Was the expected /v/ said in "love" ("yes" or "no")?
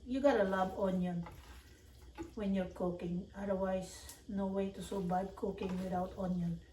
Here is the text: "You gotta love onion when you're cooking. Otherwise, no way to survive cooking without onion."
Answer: no